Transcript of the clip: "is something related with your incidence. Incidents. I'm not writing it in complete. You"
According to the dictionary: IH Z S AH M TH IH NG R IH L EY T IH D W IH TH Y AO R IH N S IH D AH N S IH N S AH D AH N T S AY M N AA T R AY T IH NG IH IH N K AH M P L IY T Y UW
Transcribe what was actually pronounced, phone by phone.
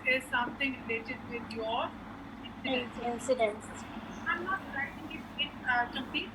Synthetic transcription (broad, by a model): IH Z S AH M T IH NG R IH L EY T IH D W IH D Y AO R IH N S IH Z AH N S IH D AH N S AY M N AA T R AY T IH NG IH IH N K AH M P IY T